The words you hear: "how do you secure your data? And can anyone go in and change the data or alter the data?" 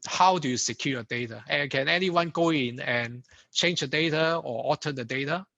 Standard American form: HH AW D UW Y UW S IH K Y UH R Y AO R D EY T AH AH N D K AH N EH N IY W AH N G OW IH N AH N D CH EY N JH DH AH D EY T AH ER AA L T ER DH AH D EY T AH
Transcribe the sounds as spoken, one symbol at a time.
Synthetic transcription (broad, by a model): HH AW D UW Y UW S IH K Y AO Y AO D EY T AH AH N K AH N EH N IY W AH N G OW IH N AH N CH EY N JH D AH D EY T AH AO AA T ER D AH D EY T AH